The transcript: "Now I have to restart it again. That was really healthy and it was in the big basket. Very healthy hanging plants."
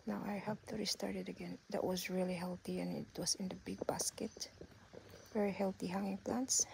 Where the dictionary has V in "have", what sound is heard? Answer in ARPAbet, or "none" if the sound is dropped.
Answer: P